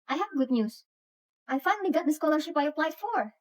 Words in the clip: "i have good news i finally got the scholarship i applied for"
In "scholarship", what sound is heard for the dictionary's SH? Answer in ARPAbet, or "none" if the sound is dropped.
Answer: SH